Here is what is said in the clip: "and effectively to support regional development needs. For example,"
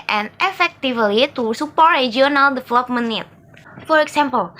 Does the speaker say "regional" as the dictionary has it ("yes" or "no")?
no